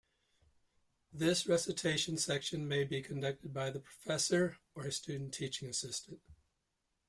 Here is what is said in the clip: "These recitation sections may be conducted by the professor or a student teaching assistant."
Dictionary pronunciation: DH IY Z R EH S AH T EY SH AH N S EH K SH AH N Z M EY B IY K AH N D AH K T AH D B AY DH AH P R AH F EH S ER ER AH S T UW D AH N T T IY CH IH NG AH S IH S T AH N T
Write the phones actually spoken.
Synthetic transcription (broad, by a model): DH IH S R EH S AH T EY SH AH N S EH K SH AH N M EY B IY K AH N D AH K T AH D B AY DH AH P R AH F EH S ER ER AH S T UW D N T T IY CH IH NG AH S IH S T AH N T